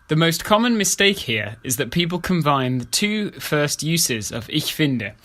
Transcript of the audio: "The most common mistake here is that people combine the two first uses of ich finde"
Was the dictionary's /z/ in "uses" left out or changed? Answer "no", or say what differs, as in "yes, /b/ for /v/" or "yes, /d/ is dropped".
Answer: no